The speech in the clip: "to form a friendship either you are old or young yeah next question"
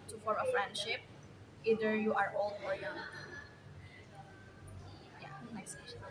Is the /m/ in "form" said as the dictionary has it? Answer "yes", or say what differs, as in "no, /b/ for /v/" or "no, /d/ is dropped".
no, /m/ is dropped